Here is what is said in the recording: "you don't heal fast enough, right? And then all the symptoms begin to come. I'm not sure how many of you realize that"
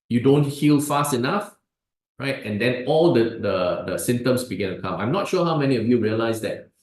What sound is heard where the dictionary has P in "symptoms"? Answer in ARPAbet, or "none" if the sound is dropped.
none